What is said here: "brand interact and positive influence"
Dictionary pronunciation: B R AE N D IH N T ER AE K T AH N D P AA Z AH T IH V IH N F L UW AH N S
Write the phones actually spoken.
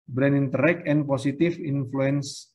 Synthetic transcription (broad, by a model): B R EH N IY N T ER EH K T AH N P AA S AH T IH F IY N F L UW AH N S